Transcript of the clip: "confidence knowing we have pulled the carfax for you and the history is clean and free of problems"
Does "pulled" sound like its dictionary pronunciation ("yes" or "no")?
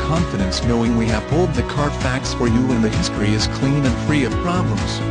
no